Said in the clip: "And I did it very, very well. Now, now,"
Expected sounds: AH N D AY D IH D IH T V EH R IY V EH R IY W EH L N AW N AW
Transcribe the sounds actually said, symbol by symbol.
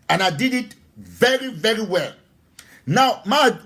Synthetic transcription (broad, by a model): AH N AY D IH D IH T V EH R IY V EH R IY W EH L N AW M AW